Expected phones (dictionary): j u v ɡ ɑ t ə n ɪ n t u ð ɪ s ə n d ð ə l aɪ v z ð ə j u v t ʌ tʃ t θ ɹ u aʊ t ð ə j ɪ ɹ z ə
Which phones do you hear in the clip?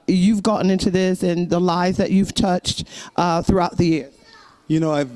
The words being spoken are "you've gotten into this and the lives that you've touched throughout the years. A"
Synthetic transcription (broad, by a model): j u v ɡ ɑ t n ɪ n t u ð ɪ s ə n ð ə l aɪ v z ð ə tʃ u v t ʌ tʃ t θ ɹ u aʊ t ð ə j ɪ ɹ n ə